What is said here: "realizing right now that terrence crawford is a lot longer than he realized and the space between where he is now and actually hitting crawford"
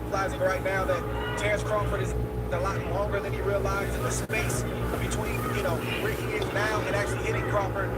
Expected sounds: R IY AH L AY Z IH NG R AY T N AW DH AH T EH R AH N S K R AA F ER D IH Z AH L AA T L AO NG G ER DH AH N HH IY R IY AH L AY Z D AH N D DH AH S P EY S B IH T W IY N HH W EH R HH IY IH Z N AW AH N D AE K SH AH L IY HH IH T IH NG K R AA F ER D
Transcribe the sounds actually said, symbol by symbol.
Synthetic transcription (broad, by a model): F L AY Z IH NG R AY T N AW DH AH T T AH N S K R AA F ER D IH Z AH L AA T L AO NG G ER DH AH N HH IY R IY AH L AY Z AH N DH AH S P EY S B IH T W IY N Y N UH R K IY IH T N AW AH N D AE K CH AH L IY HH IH T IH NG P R AA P ER